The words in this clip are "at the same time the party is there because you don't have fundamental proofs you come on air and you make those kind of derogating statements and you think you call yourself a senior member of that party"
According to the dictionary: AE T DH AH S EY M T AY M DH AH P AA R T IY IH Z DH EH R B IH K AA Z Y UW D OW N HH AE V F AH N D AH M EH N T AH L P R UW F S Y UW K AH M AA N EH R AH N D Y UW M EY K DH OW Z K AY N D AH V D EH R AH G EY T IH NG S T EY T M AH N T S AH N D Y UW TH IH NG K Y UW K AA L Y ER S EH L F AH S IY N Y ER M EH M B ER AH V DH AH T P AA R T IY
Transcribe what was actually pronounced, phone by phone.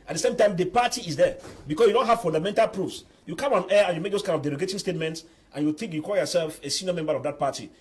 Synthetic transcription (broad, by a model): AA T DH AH S EY M T AY M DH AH P AA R T IY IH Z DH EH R B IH K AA S Y UW D OW N HH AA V F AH N D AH M EH N T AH L P R UW F S Y UW K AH M AA N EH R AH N Y UW M EY K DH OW S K AY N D AH V D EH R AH G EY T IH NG S T EY T M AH N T S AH N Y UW TH IH NG K Y UW K AA L Y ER S EH L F AH S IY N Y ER M EH M B ER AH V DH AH T P AA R T IY